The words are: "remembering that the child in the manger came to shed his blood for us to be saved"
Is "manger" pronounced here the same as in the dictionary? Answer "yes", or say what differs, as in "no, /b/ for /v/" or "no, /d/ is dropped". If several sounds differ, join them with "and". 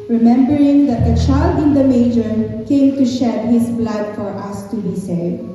no, /n/ is dropped